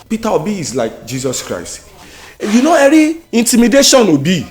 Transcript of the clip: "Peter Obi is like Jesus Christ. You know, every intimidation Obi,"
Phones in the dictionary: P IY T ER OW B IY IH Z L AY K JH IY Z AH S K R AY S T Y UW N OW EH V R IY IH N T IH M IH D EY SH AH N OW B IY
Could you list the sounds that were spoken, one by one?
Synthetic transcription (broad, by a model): P IY T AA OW B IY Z L AY K JH IY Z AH S K R AY S T Y UW N OW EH R IY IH N T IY M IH D EY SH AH N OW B IY